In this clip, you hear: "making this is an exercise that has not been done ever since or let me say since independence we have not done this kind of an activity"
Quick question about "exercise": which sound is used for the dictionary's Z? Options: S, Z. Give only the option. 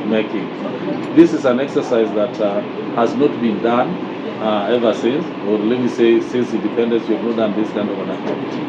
Z